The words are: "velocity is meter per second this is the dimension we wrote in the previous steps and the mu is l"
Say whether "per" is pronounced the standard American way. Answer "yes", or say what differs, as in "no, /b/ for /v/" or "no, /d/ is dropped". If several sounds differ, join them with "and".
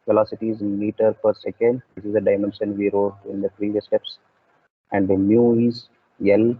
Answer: yes